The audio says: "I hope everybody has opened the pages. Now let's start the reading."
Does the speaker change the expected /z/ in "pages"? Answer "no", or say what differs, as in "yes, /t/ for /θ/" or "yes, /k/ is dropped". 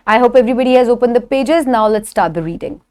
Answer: no